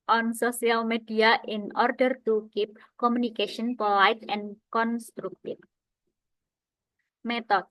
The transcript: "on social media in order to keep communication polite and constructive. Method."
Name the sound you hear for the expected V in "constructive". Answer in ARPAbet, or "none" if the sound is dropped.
F